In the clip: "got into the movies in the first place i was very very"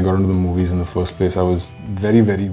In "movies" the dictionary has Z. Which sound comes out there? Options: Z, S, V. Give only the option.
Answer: Z